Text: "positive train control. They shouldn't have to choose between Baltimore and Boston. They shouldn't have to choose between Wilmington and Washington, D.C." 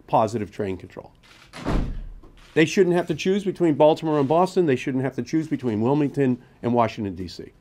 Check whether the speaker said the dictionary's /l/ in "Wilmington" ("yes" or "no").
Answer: yes